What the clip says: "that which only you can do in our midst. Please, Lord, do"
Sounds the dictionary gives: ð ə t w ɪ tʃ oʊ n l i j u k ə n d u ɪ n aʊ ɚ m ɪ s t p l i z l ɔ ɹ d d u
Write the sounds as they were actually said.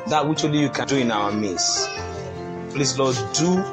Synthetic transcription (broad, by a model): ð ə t w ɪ tʃ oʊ l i j u k ə n d u ɪ n aʊ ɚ m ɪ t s p l i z l ɔ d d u